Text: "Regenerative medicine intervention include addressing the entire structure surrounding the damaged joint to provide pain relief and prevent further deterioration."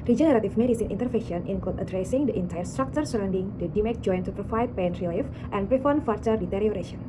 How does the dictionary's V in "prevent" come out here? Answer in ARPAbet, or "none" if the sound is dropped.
F